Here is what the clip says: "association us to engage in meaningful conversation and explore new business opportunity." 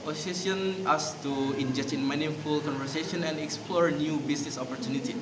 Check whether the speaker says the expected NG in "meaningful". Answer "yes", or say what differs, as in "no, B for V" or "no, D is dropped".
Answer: no, NG is dropped